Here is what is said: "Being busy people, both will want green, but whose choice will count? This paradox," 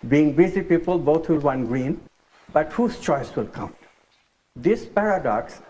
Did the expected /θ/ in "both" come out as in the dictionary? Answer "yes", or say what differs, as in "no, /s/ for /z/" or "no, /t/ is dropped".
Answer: no, /t/ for /θ/